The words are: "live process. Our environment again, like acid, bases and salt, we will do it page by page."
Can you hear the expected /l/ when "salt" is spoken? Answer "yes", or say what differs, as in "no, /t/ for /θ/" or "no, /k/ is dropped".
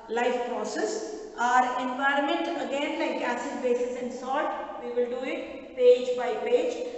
no, /l/ is dropped